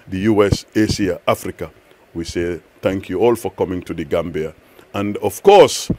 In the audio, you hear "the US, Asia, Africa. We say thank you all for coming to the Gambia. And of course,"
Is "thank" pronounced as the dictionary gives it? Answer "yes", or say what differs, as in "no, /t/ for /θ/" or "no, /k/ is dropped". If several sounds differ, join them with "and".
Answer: yes